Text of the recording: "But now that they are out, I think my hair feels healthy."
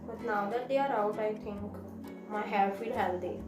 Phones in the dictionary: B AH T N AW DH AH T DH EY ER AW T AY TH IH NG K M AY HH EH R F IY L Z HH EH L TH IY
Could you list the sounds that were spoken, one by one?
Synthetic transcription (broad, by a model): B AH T N AW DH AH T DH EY ER AW T AY T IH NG K M AY HH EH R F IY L HH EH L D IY